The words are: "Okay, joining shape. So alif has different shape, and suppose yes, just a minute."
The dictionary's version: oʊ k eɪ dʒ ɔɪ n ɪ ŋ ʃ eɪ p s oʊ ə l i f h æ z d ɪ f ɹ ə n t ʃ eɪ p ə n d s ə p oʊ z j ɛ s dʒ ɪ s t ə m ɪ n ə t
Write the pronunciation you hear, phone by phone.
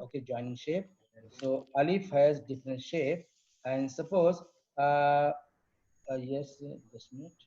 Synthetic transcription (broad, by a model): oʊ k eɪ dʒ ɔɪ n ɪ ŋ ʃ eɪ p s oʊ ə l i f h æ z d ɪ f ɹ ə n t ʃ eɪ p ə n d s ə p oʊ z j ɛ s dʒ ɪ s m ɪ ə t